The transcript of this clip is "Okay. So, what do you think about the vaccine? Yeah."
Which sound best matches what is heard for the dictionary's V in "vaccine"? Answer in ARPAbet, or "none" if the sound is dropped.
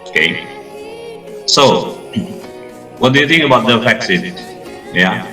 F